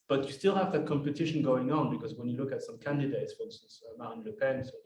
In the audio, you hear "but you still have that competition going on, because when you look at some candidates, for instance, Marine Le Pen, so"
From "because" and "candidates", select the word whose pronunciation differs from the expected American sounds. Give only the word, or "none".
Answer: none